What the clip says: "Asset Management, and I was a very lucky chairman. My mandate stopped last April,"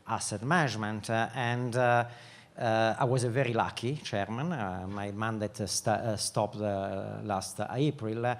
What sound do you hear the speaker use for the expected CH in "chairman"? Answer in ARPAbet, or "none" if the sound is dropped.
CH